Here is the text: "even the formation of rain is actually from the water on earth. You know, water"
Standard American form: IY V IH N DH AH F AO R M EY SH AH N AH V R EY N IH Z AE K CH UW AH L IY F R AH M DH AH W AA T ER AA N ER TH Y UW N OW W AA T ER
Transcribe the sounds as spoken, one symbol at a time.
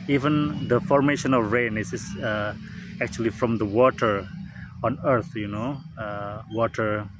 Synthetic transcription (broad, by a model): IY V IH N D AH F AO R M EY SH AH N AH V R EY N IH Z AE K CH UW AH L IY F R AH M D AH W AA T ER AA N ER T Y UW N OW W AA T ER